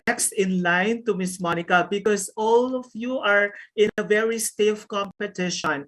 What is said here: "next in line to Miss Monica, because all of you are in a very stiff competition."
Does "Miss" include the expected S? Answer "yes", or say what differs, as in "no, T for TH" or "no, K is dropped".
yes